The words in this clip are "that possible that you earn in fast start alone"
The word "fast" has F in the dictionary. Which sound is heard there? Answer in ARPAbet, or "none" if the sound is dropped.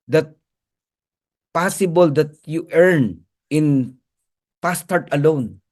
P